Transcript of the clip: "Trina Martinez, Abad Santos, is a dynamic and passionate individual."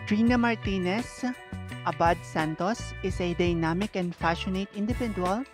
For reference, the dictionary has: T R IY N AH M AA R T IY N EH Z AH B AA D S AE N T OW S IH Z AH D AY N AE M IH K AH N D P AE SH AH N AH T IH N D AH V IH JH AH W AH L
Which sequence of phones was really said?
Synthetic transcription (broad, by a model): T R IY N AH M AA R T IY N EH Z AH B AA D S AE N T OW S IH S AH D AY N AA M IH K AH N D F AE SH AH N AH T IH N D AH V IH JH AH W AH L